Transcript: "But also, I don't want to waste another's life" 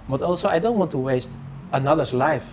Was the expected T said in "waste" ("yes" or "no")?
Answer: yes